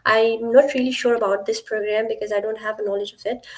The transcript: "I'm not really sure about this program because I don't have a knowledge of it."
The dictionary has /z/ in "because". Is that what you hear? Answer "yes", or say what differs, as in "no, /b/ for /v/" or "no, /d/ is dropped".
yes